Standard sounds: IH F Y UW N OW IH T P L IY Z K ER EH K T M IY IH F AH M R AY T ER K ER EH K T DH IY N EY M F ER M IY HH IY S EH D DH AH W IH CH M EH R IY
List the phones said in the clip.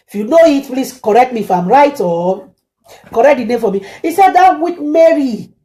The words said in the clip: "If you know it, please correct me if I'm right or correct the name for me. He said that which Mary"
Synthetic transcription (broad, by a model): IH F Y UW N OW IH T P L IY S K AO EH K T M IY F AH M R AY T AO K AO EH K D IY N EY M F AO M IY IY S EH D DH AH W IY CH M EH R IY